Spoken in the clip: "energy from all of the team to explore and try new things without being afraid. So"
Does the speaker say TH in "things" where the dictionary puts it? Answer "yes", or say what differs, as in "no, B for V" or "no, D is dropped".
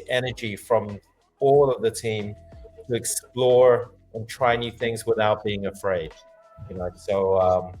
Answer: yes